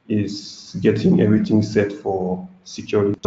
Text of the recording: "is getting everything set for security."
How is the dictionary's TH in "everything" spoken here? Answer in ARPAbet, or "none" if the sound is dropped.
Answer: T